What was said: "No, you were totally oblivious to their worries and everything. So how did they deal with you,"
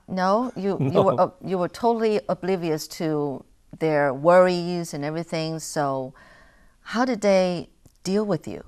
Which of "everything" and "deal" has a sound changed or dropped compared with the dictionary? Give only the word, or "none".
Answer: none